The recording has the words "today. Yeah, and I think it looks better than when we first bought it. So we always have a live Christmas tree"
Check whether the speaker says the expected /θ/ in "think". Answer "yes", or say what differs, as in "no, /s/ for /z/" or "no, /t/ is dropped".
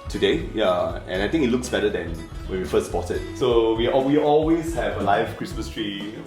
no, /t/ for /θ/